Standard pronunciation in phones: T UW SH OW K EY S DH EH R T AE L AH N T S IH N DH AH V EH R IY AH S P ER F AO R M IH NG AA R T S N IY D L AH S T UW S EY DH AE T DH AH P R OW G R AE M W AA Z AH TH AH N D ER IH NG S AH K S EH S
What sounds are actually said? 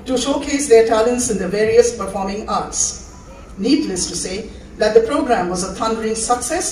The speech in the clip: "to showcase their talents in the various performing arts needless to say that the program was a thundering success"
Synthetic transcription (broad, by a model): T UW SH OW K EY S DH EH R T AE L AH N T S IH N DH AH V EH R IY AH S P ER F AO R M IH NG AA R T S N IY D L AH S T UW S EY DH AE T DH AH P R OW G R AE M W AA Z AH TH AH N D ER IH NG S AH K S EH S